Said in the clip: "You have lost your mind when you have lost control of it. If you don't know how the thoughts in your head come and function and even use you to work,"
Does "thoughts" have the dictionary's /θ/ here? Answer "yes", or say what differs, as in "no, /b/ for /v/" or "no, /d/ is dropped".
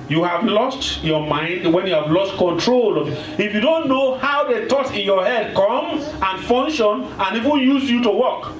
no, /t/ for /θ/